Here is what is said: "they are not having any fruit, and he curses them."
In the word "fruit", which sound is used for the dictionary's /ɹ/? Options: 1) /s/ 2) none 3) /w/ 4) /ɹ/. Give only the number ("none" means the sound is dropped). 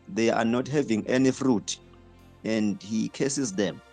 4